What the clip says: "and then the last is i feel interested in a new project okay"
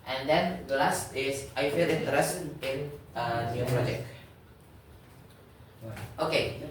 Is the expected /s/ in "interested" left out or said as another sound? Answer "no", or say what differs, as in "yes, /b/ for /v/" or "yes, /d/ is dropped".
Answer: yes, /s/ is dropped